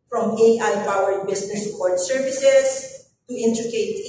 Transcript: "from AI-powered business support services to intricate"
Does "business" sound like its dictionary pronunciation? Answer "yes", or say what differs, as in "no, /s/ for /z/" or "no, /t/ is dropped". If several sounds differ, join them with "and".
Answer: no, /s/ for /z/